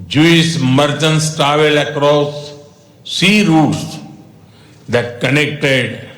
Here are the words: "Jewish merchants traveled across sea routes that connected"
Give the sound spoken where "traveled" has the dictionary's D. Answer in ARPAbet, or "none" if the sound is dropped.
none